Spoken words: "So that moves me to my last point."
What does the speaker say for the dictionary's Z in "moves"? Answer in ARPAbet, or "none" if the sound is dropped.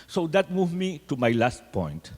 none